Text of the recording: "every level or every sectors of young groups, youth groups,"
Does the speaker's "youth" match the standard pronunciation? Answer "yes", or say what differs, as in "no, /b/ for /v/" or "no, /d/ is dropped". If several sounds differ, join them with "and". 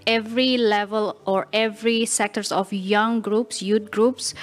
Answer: no, /t/ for /θ/